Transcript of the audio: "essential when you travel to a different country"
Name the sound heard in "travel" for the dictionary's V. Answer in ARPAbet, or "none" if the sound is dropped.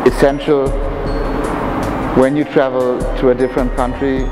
V